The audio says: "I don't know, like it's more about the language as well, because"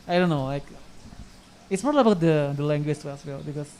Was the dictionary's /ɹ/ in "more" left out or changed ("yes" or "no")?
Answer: yes